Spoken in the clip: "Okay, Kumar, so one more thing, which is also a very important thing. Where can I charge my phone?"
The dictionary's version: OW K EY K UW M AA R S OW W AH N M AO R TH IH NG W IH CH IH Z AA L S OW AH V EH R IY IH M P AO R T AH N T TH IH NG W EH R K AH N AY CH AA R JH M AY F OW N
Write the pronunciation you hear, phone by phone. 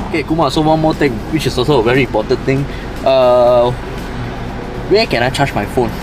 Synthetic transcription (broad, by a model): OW K EY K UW M AA S OW W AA N M AO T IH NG W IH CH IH S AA S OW AH V EH R IY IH M P AO T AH N T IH NG W EH K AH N AY CH AA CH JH M AY F OW N